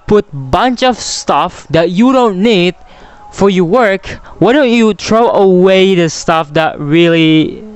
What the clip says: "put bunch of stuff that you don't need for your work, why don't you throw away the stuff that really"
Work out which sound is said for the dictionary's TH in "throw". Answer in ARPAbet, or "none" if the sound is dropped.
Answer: T